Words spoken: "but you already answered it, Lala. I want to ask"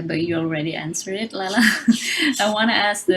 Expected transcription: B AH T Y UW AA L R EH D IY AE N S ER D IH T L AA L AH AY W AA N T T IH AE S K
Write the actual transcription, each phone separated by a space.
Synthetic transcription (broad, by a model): B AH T Y UW AA L R EH D IY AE N S ER IH T L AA L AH AY W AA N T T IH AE S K